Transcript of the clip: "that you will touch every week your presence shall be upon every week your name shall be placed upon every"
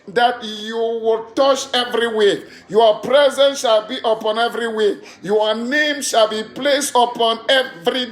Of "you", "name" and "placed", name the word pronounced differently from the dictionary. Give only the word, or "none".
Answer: none